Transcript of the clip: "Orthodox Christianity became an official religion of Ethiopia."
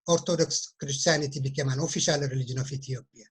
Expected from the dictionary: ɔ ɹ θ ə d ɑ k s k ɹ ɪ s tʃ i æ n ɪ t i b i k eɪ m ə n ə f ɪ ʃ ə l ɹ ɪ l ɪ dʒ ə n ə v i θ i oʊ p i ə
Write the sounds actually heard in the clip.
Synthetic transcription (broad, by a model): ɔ ɹ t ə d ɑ k s k ɹ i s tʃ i n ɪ t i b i k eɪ m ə n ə f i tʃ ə l ɹ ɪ l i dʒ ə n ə f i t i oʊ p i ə